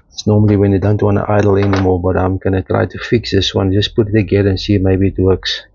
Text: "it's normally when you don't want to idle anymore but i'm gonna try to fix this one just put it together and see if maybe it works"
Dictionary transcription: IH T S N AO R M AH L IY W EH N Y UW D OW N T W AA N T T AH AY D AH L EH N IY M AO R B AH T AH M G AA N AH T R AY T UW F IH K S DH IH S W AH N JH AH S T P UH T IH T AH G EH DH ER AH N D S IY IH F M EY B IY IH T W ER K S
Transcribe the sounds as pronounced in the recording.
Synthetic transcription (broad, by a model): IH T S N AO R M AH L IY W EH N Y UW D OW N T W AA N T T AH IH D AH L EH N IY M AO L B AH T AH M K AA N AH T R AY T UW F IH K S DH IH S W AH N JH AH S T P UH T IH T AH G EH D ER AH N S IY M EY B IY IH T W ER K S